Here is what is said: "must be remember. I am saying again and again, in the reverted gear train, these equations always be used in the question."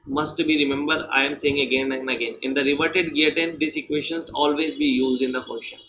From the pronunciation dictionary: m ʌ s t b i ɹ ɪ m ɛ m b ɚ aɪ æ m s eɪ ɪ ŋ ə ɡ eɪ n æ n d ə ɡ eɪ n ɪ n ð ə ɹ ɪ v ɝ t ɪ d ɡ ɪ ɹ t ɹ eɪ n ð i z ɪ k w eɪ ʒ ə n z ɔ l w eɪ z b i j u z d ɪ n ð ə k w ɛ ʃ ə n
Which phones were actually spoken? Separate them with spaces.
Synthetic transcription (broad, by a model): m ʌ s t b i ɹ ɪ m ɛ m b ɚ aɪ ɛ m s eɪ ɪ ŋ ə ɡ eɪ n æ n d ə ɡ eɪ n ɪ n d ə ɹ ɪ v ɝ t ɪ d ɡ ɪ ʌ t eɪ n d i s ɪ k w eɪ ʃ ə n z ɔ l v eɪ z b i j u z d ɪ n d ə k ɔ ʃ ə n